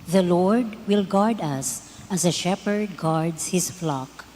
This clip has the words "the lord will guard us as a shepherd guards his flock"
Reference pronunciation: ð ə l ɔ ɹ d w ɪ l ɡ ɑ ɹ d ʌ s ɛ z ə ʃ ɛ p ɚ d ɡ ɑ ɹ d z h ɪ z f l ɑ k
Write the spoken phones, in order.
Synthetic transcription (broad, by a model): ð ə l ɔ ɹ d w ɪ l ɡ ɑ ɹ d ʌ s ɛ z ə ʃ ɛ p ɚ d ɡ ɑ ɹ d s h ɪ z f l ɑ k